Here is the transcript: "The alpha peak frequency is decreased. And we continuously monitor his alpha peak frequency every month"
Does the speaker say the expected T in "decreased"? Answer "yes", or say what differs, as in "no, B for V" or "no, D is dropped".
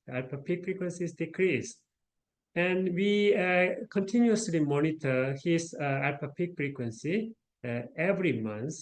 no, T is dropped